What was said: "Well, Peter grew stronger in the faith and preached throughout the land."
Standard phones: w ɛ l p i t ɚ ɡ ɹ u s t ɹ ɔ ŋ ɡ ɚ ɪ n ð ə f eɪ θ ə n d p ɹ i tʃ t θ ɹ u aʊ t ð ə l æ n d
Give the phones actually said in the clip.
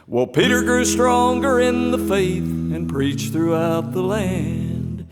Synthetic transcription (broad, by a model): w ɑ l p i t ɚ ɡ ɹ u s t ɹ ɔ ŋ ɡ ɚ ɪ n ð ə f eɪ θ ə n p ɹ i tʃ θ ɹ u aʊ t ð ə l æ n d